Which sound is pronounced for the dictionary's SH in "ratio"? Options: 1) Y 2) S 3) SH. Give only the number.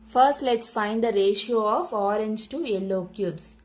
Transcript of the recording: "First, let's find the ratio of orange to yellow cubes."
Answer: 3